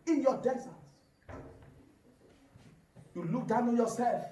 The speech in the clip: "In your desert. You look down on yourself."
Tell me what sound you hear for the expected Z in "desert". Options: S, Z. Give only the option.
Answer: S